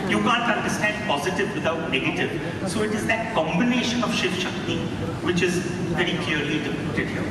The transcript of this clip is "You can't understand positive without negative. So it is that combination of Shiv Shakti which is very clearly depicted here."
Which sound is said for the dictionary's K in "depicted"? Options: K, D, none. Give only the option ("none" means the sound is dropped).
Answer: none